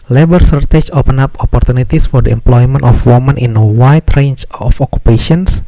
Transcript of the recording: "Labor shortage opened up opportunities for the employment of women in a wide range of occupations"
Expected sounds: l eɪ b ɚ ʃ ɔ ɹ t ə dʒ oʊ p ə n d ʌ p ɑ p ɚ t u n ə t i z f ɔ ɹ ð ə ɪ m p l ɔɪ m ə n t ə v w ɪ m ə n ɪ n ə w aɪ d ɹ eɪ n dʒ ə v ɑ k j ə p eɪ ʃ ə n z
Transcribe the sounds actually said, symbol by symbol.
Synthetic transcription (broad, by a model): l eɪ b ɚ s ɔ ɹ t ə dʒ oʊ p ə n ɑ p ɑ p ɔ t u n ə t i s f ɔ ɹ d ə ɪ m p l ɔɪ m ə n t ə f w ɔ m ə n ɪ n ə w aɪ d ɹ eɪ n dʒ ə f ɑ k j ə p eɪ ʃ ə n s